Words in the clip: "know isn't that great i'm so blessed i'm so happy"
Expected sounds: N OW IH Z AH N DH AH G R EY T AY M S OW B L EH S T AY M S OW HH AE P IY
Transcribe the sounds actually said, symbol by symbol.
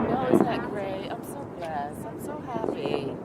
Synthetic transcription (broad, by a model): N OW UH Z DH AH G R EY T AY M S OW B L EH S AY M S OW HH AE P IY